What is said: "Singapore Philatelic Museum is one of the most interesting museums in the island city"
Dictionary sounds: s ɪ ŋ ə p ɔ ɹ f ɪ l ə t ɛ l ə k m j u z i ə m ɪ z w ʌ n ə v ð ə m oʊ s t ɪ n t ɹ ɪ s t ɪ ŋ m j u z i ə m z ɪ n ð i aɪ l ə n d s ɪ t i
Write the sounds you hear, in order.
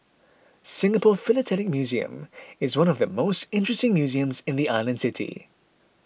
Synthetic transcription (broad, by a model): s ɪ ŋ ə p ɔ f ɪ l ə t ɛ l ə k m j u z i ə m ɪ z w ʌ n ə v ð ə m oʊ s t ɪ n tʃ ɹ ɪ s t ɪ ŋ m j u z i ə m z ɪ n ð i aɪ l ə n d s ɪ t i